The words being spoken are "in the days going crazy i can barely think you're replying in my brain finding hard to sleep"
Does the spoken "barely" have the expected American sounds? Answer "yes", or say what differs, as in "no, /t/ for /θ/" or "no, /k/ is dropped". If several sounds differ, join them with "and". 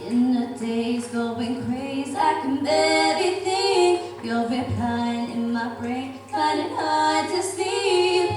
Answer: no, /l/ is dropped